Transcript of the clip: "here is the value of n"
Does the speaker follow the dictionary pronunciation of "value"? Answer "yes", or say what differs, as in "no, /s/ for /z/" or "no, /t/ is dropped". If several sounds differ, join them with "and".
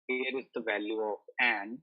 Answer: yes